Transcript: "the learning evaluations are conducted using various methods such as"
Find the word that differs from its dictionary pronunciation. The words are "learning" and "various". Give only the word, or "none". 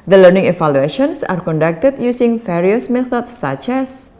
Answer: various